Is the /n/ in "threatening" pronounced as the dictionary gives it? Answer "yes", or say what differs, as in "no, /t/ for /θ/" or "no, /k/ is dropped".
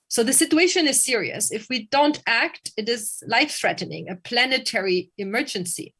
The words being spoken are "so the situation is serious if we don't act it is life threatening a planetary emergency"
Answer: yes